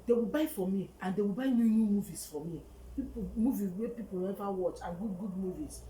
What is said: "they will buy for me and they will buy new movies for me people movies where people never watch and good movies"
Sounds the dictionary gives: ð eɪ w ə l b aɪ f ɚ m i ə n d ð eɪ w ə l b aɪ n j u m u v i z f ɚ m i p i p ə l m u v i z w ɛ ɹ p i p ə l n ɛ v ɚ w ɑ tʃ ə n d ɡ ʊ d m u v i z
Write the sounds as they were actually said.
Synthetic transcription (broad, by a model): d eɪ w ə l b aɪ f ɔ m i ə n d eɪ w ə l b aɪ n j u m u v i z f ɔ m i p i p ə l m u v i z w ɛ p i p ə l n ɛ v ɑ w ɑ tʃ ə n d ɡ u d m u v i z